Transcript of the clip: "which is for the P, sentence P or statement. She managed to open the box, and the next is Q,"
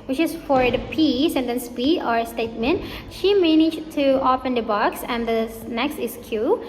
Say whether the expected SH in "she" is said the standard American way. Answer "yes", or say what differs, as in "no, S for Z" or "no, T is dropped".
yes